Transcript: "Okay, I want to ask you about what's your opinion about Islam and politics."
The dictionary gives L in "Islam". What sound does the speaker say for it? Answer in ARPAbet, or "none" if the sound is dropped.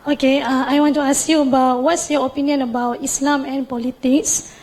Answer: L